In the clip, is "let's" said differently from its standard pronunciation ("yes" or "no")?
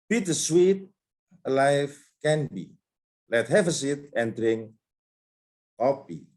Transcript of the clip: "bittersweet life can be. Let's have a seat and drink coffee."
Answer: yes